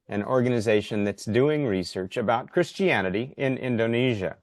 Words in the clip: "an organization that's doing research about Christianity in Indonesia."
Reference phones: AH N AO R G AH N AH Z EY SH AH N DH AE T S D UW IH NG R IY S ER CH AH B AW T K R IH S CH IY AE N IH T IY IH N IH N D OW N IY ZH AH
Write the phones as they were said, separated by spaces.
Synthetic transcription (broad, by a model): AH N AO R G AH N AH Z EY SH AH N DH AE T S D UW IH NG R IY S ER CH AH B AW T K R IH S CH IY AE N IH T IY IH N IH N D OW N IY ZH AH